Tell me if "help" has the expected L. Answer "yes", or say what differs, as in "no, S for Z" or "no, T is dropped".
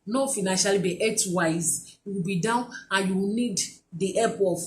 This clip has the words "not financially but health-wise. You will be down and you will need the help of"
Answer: no, L is dropped